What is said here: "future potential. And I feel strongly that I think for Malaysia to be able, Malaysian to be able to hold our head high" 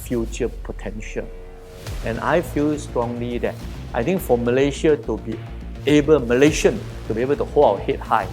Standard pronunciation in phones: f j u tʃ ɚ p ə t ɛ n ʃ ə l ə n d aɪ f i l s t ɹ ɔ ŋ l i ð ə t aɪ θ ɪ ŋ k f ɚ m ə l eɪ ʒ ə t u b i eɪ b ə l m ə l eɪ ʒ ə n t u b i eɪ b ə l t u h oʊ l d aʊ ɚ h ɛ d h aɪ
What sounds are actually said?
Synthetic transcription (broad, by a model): f j u tʃ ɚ p ə t ɛ n ʃ ə l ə n aɪ f i l s t ɹ ɔ ŋ l i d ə t aɪ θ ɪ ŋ k f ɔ m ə l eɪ ʃ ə t u b i eɪ b ə l m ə l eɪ ʃ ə n t u b i eɪ b ə l t u h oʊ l aʊ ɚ h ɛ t h aɪ